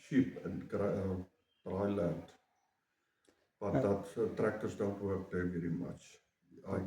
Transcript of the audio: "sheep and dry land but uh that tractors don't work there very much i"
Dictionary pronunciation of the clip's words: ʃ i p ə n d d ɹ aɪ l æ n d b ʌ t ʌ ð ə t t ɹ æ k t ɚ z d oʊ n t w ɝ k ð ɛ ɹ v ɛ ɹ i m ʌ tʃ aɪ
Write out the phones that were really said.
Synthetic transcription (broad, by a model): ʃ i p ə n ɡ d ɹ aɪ l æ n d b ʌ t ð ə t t ɹ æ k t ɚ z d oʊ l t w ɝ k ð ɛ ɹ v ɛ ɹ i m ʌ tʃ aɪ